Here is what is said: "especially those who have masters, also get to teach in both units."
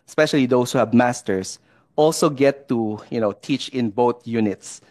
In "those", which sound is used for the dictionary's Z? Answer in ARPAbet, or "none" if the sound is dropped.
S